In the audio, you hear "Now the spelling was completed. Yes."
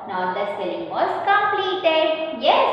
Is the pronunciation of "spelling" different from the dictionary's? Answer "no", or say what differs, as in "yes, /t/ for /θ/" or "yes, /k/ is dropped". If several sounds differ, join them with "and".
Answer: yes, /p/ is dropped